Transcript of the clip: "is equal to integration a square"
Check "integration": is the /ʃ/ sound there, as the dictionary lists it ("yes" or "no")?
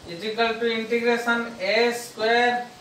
no